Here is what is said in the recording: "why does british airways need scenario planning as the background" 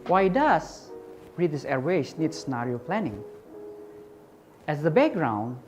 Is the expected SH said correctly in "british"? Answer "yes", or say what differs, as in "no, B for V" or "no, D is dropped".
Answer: no, S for SH